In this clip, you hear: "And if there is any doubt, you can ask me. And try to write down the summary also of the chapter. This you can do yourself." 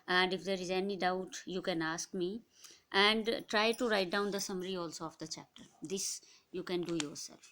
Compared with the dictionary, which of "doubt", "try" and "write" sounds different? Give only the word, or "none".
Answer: none